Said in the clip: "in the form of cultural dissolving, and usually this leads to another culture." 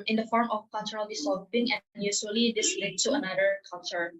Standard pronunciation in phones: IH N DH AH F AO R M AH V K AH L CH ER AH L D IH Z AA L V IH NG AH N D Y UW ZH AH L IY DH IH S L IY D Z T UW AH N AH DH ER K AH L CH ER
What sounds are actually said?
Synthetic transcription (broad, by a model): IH N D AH F AO R M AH F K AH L CH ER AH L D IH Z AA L P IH NG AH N Y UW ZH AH L IY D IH S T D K T UW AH N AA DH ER K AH L CH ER